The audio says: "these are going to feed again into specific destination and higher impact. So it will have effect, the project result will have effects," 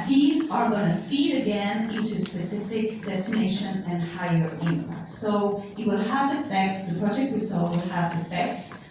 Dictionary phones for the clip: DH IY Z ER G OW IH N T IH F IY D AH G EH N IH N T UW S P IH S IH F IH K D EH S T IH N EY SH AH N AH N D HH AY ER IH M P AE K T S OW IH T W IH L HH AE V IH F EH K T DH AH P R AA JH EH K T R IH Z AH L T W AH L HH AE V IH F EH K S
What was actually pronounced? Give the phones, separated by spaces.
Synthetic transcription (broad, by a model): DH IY Z ER G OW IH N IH F IY D AH G EH N IH N T UW S P IH S IH F IH K D EH S T IH N EY SH AH N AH N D HH AY ER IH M AH S OW IH T W IH L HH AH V IH F EH K T DH AH P R AA JH EH K T W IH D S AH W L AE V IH F EH K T